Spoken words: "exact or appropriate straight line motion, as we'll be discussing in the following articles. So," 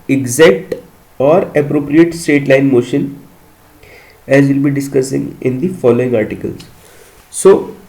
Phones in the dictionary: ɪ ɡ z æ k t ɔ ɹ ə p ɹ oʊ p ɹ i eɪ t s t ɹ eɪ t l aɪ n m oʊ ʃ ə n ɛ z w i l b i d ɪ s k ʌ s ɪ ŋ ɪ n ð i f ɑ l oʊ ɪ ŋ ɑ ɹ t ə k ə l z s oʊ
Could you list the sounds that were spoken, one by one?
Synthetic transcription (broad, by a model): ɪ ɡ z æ k t ɔ ɹ ə p ɹ oʊ p ɹ i eɪ t s t eɪ t l aɪ n m oʊ ʃ ə n ɛ z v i l b i d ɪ s k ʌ s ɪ ŋ ɪ n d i f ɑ l oʊ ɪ ŋ ɑ ɹ t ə k ə l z s oʊ